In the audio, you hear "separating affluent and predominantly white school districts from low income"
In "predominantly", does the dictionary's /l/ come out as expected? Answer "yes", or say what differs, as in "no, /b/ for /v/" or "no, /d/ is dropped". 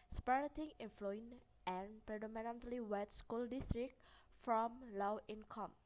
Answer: yes